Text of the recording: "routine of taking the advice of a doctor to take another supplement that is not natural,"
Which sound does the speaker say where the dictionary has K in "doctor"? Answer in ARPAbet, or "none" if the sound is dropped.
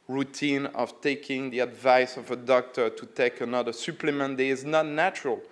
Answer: K